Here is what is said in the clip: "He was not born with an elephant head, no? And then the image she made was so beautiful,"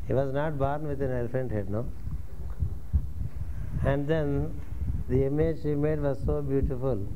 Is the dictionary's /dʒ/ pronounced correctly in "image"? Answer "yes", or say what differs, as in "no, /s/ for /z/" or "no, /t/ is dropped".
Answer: yes